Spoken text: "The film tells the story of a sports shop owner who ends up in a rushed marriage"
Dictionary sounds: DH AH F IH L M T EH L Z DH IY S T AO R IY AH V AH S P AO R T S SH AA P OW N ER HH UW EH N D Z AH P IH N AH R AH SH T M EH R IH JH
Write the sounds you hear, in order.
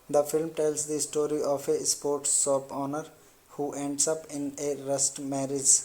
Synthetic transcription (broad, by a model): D AH F IH L M T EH L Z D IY S T AO R IY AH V AH S P AO R T S S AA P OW N ER HH UW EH N D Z AH P IH N AH R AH S T M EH R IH JH